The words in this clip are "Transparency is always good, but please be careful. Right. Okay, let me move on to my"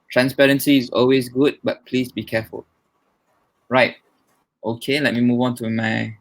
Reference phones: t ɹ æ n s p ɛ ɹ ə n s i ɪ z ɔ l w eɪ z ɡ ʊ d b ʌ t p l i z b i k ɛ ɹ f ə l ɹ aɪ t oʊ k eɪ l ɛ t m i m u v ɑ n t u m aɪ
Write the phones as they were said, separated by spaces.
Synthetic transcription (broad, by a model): t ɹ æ n s p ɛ ɹ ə n s i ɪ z ɔ l w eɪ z ɡ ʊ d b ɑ t p l i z b i k ɛ f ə l ɹ aɪ t oʊ k eɪ l ɛ t m i m u v ɑ n t u m aɪ